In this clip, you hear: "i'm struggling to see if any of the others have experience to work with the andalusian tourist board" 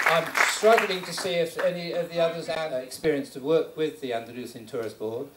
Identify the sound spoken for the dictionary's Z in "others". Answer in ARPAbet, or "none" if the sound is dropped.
Z